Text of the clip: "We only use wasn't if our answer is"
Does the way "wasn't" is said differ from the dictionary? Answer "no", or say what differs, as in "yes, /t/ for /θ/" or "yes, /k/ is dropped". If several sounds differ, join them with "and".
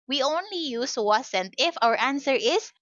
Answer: yes, /s/ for /z/